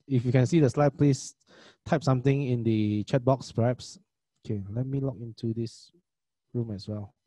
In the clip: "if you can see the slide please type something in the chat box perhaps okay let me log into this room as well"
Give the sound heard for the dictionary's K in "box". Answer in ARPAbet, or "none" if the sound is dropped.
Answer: K